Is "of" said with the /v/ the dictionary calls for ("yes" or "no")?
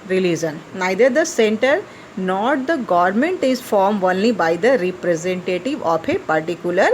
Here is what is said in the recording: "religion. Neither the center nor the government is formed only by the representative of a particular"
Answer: no